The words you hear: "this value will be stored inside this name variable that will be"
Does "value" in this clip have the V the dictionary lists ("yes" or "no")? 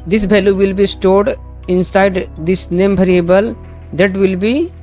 no